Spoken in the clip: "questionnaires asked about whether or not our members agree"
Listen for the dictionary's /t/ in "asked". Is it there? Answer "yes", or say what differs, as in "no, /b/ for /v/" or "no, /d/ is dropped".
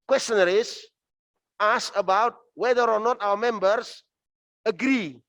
no, /t/ is dropped